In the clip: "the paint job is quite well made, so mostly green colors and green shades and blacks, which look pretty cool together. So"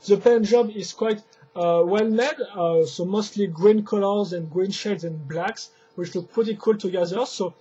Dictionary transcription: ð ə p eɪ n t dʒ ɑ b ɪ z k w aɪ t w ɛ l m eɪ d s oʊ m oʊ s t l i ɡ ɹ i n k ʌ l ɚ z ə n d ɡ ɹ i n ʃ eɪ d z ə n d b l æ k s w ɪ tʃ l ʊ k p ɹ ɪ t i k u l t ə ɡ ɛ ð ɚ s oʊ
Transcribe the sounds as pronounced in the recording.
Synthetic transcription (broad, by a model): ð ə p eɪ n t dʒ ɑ b ɪ z k w aɪ t w ɛ l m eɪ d s oʊ m oʊ s t l i ɡ ɹ i n k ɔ l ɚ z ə n ɡ ɹ i n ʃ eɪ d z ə n b l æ k s w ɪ tʃ l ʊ k p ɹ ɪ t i k u l t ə ɡ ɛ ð ɚ s oʊ